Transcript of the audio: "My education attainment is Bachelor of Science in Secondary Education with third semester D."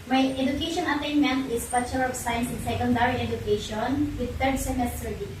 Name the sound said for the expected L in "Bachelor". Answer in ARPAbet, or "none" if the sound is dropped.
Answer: none